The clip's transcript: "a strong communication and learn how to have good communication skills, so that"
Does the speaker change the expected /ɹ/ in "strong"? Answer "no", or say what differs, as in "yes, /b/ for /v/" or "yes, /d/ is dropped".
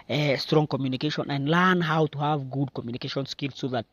no